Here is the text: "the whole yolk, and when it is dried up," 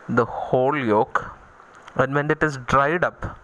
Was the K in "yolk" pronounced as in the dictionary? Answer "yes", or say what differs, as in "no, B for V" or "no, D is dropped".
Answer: yes